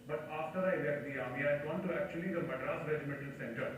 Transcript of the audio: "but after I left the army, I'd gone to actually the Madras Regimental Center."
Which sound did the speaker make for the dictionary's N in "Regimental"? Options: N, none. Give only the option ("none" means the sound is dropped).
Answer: none